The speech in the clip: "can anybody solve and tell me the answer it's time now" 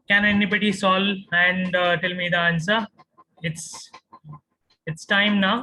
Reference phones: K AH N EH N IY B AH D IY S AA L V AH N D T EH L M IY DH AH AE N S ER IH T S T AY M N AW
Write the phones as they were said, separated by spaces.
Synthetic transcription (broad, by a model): K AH N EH N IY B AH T IY S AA L AH N D T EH L M IY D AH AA N S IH IH T S T AY M N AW